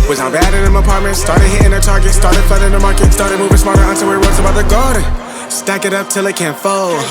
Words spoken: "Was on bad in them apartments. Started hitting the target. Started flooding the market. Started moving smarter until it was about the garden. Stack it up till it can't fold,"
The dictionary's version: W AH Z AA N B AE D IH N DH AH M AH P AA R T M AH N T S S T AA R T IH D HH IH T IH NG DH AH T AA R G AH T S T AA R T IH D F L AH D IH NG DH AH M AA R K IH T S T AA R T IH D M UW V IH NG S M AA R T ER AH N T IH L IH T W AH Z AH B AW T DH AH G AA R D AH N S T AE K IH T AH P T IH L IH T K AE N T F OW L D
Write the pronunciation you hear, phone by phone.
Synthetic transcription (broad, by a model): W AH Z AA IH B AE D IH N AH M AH P AA R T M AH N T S S T AA R T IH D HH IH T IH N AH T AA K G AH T S T AA R T IH D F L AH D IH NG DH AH M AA R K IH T S T AA R T IH D M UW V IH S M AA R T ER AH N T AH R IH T W AH Z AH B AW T DH AH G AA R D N S T AE K IH T AH P T IH L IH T K AE N T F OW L